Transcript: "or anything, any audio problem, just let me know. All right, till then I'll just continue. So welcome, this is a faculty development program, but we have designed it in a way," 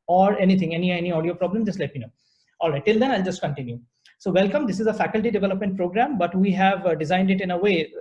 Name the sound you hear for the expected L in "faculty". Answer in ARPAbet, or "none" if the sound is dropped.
L